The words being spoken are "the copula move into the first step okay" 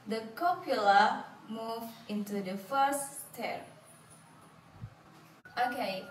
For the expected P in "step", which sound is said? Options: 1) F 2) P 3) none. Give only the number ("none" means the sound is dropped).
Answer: 3